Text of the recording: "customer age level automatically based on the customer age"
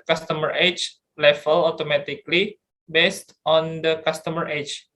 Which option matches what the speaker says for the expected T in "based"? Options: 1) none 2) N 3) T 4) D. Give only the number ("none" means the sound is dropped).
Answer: 3